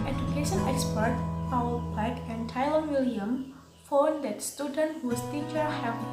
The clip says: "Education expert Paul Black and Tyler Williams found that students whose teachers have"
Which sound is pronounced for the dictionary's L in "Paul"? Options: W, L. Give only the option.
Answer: W